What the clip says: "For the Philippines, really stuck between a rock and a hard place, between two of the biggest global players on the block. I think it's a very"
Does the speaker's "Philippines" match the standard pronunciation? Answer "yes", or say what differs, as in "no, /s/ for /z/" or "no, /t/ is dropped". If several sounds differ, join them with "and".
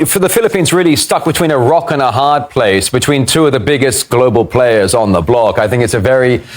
yes